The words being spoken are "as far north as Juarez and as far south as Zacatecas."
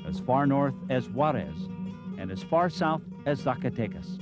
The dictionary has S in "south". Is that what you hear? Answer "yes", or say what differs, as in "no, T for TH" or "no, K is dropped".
yes